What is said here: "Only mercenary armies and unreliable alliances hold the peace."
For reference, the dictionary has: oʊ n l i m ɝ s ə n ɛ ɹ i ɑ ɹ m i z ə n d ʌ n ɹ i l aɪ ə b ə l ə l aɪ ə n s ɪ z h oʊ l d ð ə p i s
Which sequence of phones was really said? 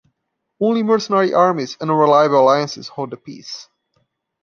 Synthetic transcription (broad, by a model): oʊ n l i m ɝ s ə n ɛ ɹ i ɑ ɹ m i z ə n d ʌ ɹ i l aɪ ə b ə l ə l aɪ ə n s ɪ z h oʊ d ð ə p i s